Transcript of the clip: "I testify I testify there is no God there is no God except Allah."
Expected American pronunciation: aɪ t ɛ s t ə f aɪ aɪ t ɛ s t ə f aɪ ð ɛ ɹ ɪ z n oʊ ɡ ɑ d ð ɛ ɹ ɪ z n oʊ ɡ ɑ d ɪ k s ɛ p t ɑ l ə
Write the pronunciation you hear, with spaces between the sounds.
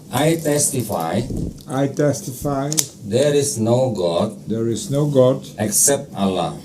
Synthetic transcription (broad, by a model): aɪ t ɛ s t ə f aɪ aɪ t ɛ s t ə f aɪ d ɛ ɹ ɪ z n oʊ ɡ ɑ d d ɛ ɹ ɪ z n oʊ ɡ ɑ d ɪ k s ɛ p t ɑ l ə